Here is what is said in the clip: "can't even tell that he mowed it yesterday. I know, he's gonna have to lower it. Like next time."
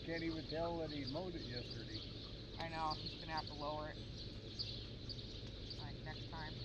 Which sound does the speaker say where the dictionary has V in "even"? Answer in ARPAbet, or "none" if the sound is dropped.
W